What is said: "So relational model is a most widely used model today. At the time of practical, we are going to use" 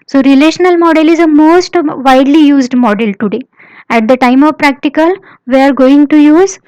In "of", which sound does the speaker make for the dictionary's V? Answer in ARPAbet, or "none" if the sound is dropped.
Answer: V